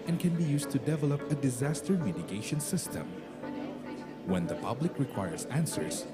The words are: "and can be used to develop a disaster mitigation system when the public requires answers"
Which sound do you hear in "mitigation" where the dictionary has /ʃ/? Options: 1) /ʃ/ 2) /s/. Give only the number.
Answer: 1